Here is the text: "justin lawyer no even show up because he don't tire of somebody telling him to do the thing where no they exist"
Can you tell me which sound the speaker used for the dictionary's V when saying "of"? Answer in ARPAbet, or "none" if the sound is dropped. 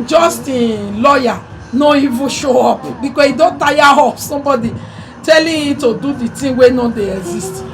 P